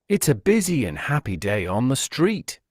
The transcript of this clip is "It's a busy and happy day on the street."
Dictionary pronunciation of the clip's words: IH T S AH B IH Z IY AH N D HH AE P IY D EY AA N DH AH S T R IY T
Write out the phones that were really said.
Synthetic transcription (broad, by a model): IH T S AH B IH Z IY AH N HH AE P IY D EY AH N DH AH S T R IY T